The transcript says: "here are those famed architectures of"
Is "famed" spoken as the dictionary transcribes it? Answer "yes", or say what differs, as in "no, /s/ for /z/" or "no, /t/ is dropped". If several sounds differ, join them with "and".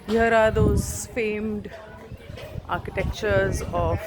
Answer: yes